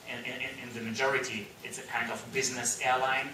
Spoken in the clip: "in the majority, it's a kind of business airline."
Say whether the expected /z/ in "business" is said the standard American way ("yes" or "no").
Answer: yes